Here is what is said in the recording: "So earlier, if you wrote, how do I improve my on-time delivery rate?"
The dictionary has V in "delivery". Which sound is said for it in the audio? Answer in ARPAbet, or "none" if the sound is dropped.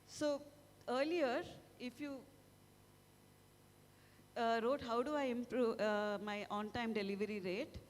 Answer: V